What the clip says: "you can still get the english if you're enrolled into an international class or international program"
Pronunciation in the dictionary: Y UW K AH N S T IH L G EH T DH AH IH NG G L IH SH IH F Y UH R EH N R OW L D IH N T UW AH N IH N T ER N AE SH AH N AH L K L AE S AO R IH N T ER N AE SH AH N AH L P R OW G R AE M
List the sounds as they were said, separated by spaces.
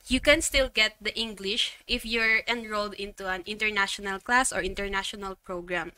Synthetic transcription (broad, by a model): Y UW K AH N S T IH L G EH T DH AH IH NG G L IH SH IH F Y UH R EH N R OW L D IH N T UW AH N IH N T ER N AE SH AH N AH L K L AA S AO R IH N T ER N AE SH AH N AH L P R OW G R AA M